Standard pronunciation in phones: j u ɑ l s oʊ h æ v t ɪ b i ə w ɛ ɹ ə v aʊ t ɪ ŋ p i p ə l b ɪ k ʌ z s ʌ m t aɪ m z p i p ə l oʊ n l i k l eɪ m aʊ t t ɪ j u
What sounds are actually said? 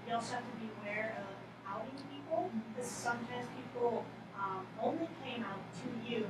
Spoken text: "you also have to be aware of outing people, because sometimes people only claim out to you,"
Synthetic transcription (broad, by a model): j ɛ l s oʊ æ t ɪ b i ə w ɛ ɹ ə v aʊ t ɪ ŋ p i p l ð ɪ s s ʌ m t aɪ m z p i p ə oʊ n l i k eɪ m aʊ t t ɪ j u